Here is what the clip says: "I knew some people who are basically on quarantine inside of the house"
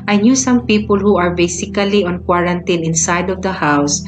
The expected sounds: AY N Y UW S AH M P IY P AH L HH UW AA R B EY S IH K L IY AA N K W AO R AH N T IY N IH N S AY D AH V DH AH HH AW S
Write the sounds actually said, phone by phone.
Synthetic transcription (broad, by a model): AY N Y UW S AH M P IY P AH L HH UW AA R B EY S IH K L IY AA N K W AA R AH N T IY N IH N S AY D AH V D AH HH AW S